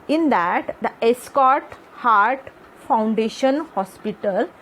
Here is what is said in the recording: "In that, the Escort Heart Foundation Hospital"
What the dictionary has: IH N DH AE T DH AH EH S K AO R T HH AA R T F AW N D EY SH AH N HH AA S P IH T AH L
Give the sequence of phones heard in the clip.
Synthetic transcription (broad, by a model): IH N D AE T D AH EH S K AO R T HH AA R T F AW N D EY SH AH N HH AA S P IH T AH L